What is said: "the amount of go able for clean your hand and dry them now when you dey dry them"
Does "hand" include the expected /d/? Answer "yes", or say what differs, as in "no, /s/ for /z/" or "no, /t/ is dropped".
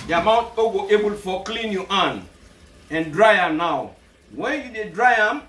no, /d/ is dropped